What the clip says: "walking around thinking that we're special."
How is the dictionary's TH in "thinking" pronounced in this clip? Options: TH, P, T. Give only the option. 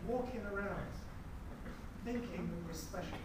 TH